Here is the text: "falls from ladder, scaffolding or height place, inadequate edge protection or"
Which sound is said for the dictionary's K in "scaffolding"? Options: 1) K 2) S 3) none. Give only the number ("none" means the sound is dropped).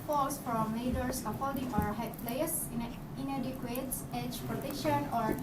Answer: 3